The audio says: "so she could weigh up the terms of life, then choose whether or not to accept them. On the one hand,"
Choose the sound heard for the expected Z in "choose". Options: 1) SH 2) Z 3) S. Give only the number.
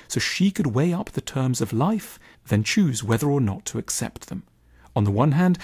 2